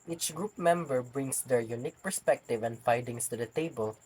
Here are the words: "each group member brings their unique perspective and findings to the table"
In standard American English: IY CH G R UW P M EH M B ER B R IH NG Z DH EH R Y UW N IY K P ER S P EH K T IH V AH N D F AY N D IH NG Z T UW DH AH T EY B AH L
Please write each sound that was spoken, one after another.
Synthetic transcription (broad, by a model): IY CH G R UW P M EH M B ER B R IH NG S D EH R Y UW N IY K P ER S P EH K T IH V AH N D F AY D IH NG S T UW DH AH T EY B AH L